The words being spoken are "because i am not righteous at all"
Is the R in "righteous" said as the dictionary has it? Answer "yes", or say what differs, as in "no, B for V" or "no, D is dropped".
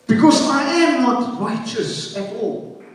yes